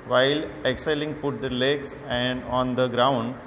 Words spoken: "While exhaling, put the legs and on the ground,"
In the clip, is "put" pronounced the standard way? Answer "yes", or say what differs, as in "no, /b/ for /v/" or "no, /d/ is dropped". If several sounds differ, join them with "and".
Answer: yes